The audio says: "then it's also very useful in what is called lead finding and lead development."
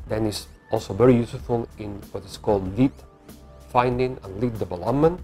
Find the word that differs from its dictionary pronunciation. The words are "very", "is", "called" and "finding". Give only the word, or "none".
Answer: is